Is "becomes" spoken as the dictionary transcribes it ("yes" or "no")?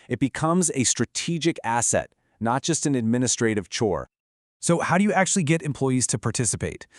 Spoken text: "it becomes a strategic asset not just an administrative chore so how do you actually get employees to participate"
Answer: yes